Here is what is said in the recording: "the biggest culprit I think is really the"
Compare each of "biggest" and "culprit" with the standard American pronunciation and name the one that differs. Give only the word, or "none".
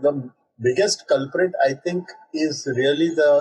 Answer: none